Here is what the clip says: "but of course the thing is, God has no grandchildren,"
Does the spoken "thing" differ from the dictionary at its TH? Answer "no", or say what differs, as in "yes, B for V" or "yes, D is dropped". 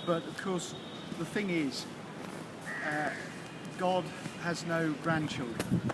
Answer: no